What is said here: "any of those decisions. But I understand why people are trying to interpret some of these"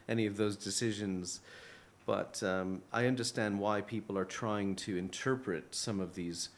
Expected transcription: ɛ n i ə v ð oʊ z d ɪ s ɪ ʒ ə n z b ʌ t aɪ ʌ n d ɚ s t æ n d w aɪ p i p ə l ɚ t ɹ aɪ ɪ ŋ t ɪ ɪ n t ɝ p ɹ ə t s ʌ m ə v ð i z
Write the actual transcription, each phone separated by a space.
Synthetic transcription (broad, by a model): ɛ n i ə v ð oʊ z d ɪ s ɪ ʒ ə n z b ʌ t aɪ ʌ n d ɚ s t æ n d w aɪ p i p l ɚ t ɹ aɪ ɪ ŋ t ɪ ɪ n t ɝ p ɹ ə t s ʌ m ə v ð i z